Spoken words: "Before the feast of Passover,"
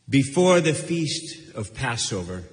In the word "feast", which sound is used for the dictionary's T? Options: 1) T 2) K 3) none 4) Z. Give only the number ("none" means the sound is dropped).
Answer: 1